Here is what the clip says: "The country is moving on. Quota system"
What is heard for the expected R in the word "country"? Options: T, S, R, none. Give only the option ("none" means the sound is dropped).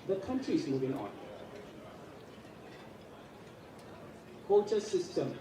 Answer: R